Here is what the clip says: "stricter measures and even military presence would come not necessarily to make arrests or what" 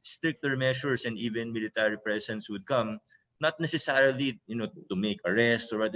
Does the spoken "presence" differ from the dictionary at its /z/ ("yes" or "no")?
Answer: yes